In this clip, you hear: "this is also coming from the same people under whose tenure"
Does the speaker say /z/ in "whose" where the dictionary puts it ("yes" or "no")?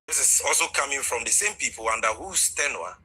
no